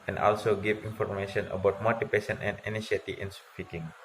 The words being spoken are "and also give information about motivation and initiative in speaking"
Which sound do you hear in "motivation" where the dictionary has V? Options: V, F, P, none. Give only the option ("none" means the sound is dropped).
P